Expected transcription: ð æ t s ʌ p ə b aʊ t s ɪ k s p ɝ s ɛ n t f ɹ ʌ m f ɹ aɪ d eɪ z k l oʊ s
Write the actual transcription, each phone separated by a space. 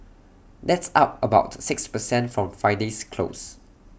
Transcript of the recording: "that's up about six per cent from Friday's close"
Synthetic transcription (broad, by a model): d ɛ t s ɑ p ə b aʊ t s ɪ k s p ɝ s ɛ n t f ɹ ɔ m f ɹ aɪ d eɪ s k l oʊ s